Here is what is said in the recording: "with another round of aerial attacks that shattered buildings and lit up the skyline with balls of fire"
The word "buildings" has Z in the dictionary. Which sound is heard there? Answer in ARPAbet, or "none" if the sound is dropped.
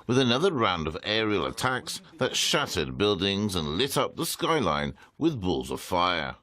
Z